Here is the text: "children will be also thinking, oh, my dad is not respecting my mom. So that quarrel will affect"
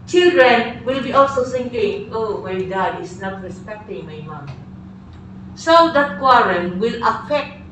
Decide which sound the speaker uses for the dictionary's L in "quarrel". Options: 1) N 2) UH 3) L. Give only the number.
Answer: 1